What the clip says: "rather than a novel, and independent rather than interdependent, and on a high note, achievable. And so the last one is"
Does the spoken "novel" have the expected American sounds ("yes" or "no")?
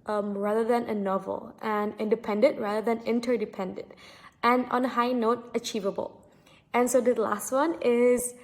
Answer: yes